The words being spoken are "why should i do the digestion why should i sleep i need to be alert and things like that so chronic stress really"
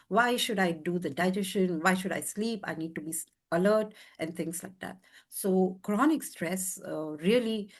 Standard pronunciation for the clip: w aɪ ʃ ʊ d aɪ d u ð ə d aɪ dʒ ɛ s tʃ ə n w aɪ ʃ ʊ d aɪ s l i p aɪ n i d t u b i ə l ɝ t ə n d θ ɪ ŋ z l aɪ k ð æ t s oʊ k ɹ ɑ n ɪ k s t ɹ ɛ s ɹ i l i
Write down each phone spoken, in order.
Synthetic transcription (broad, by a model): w aɪ ʃ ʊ d aɪ d u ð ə d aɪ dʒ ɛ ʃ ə n w aɪ ʃ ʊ d aɪ s l i p aɪ n i d t u b i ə l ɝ t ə n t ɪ ŋ s l aɪ k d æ t s oʊ k ɹ ɑ n ɪ k s t ɹ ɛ s ɹ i l i